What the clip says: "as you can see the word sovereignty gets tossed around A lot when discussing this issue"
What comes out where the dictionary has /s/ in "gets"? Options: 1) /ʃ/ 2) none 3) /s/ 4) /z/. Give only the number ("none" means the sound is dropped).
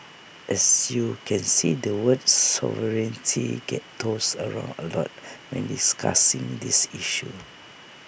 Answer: 2